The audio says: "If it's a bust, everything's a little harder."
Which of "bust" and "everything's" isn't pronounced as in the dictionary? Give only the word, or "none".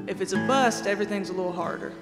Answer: none